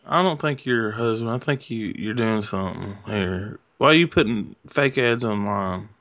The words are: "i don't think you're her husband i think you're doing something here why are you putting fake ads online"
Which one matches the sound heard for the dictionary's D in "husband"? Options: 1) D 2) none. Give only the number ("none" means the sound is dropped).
2